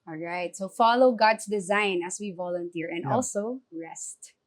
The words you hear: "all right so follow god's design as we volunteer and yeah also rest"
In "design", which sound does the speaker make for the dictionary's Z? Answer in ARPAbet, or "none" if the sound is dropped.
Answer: Z